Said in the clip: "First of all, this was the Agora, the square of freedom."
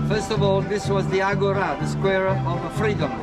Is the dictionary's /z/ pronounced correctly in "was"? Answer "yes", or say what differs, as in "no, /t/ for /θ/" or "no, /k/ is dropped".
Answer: yes